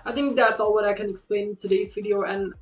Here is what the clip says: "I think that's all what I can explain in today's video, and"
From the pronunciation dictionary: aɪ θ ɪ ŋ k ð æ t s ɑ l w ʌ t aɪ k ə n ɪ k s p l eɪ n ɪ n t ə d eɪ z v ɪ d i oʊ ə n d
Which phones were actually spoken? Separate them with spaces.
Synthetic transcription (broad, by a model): aɪ θ ɪ ŋ k ð æ t s ɑ l w ʌ t aɪ k ə n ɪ k s p l eɪ ɪ n t ə d eɪ z v ɪ d i oʊ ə n